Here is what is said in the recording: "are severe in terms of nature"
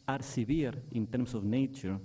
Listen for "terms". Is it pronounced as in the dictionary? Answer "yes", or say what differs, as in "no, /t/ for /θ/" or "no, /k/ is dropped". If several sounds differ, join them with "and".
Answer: no, /s/ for /z/